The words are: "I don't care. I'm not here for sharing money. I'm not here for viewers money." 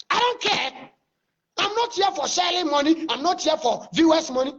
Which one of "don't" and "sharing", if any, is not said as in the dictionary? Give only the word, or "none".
sharing